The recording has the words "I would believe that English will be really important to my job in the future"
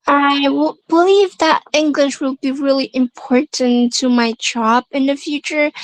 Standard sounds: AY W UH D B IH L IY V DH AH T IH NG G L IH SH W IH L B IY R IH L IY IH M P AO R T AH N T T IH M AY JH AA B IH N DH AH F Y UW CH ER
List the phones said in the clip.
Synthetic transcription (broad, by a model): AY W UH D B IH L IY V DH AH T IH NG G L IH SH W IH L B IY R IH L IY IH M P AO R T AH N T T IH M AY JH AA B IH N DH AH F Y UW CH ER